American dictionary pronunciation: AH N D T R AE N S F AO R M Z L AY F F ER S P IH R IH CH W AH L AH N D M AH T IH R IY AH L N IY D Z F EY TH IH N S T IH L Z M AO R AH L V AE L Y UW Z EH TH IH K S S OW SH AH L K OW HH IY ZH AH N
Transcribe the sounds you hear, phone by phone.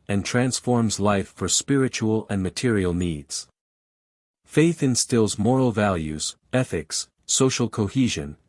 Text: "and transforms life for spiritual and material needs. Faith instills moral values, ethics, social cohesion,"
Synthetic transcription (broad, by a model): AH N T R AE N S F AO R M Z L AY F F ER S P IH R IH CH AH L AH N M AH T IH R IY L N IY D Z F EY TH IH N S T IH L Z M AO R L V AE L Y UW Z EH TH IH K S S OW SH L K OW HH IY ZH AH N